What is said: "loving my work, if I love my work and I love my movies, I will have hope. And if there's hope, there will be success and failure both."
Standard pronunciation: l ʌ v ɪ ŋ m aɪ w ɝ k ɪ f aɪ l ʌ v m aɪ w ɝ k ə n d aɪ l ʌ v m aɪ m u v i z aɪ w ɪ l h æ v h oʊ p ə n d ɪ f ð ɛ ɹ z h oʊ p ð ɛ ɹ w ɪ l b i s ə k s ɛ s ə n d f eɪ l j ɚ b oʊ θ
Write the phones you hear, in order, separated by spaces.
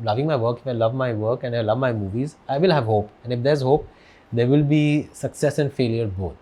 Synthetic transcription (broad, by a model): l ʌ v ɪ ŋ m aɪ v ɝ k ɪ f aɪ l ʌ v m aɪ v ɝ k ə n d aɪ l ʌ v m aɪ m u v i z aɪ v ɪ l h æ v h oʊ p ə n d ɪ f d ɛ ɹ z h oʊ p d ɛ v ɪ l b i s ə k s ɛ s ə n d f eɪ l j ɚ b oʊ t